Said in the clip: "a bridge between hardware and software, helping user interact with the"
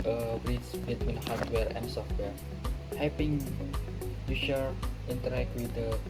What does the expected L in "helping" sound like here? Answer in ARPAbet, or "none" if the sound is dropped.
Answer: none